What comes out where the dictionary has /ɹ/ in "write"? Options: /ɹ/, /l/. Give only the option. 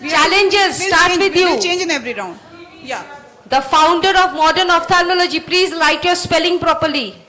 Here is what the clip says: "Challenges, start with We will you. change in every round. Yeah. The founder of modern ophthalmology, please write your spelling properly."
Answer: /l/